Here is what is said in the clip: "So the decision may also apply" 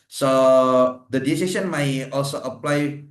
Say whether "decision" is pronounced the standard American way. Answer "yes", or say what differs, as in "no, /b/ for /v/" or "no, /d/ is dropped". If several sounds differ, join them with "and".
no, /s/ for /ʒ/